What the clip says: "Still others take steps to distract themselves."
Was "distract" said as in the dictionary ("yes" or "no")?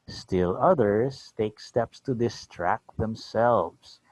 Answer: yes